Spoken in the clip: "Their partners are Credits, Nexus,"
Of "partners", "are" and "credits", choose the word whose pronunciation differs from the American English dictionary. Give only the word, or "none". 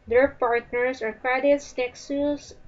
partners